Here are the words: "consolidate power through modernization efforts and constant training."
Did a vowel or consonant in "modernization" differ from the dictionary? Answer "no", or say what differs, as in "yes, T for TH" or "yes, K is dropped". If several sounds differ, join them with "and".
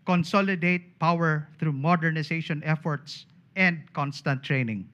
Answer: yes, S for Z